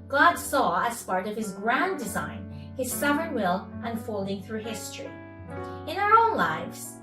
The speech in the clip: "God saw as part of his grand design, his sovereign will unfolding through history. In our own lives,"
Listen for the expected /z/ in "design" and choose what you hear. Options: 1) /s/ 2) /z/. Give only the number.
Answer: 2